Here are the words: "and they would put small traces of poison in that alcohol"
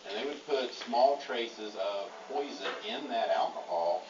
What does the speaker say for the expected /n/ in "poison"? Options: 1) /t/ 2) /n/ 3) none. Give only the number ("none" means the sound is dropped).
3